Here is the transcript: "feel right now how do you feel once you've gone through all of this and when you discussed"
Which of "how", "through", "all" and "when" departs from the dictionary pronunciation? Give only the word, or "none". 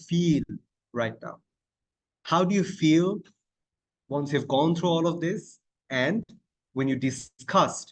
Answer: through